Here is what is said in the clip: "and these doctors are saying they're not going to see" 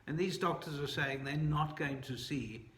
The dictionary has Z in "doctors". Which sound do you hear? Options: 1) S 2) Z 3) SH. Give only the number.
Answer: 2